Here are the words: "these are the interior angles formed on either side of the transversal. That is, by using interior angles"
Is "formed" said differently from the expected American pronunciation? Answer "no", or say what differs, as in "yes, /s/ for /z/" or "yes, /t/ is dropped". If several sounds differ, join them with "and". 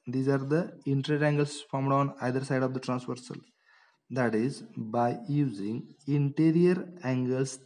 no